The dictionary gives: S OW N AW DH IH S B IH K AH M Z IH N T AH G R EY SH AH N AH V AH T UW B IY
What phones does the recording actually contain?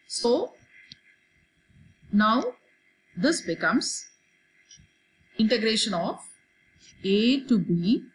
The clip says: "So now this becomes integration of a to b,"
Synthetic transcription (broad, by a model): S OW N AW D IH S B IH K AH M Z IH N T AH G R EY SH AH N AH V AH T UW B IY